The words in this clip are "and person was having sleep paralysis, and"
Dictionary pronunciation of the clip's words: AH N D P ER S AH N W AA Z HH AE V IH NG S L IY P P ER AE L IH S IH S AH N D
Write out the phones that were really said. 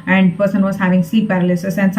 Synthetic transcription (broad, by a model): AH N D P ER S AH N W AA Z HH AE V IH NG S IY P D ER L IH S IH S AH N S